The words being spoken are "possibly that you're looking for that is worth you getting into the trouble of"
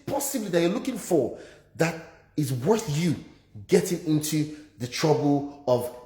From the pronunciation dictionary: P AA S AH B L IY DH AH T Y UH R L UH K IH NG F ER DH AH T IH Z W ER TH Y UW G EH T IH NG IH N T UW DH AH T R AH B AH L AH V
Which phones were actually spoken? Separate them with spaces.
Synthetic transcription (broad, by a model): P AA S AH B L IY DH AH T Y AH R L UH K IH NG F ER DH AH T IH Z W ER TH Y UW G EH T IH NG IH N T UW DH AH T R AH B AH L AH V